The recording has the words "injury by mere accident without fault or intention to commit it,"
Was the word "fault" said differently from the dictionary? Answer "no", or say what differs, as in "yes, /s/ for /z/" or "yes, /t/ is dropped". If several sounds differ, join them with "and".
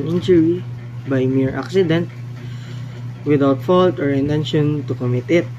no